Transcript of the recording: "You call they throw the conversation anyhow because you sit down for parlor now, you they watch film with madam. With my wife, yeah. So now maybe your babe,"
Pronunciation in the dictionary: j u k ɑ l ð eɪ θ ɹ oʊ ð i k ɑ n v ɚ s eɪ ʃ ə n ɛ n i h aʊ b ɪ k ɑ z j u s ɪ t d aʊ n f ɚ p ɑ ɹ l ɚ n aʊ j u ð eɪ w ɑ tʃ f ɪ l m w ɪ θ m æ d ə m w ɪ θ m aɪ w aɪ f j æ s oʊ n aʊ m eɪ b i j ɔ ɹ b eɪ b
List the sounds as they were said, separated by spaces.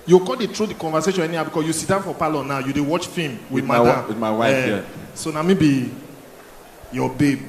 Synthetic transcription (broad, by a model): j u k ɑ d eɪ t ɹ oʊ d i k ɑ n v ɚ s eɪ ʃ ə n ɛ n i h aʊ b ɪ k ɑ s j u s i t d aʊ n f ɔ p ɑ l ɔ n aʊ j u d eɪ w ɑ tʃ f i m w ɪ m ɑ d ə m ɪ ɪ w aɪ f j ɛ s oʊ n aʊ m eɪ b i j ɔ b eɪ b